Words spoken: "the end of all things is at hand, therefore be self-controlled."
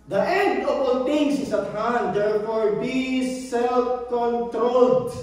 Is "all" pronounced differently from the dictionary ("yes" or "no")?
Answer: no